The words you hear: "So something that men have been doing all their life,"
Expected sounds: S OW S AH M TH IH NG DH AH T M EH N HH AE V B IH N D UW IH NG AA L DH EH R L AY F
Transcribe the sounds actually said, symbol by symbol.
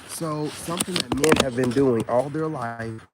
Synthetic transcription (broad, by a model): S OW S AH M TH IH NG DH AH T M EH N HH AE V B IH N D UW IH NG AA L DH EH R L AY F